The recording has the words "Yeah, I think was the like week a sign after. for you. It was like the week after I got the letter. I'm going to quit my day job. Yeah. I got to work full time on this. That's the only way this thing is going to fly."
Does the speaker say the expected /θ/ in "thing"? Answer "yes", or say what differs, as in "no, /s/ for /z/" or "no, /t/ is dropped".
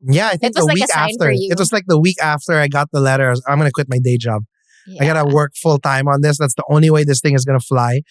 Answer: yes